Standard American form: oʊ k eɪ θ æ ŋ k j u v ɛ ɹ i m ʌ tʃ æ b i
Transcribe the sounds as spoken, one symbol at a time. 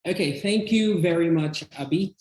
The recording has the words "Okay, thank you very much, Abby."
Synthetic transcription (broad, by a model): oʊ k eɪ θ æ ŋ k j u v ɛ ɹ i m ʌ tʃ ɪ b i